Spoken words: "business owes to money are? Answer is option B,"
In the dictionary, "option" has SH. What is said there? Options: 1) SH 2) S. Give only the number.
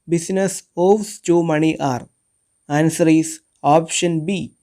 1